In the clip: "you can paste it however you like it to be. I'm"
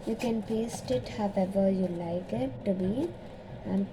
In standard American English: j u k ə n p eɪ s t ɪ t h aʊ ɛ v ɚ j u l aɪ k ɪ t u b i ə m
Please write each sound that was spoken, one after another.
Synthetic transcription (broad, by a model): j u k ə n p eɪ s t ɪ t h aʊ ɛ v ɚ j u l aɪ k ɪ t u b i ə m